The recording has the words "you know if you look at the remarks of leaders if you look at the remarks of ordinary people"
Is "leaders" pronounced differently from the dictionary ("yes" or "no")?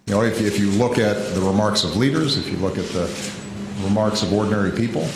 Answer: no